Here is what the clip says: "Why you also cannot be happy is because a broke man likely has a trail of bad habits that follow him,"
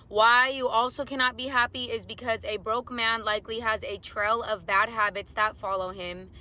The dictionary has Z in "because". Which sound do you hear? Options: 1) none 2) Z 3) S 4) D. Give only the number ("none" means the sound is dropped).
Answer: 2